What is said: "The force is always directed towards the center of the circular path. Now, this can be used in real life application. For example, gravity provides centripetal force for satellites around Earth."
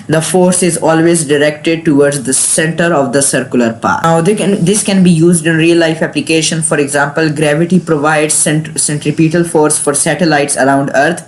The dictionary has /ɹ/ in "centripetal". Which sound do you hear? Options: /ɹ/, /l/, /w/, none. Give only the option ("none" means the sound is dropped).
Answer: /ɹ/